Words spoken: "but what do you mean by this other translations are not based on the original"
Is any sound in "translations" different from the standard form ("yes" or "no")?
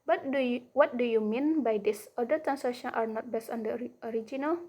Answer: yes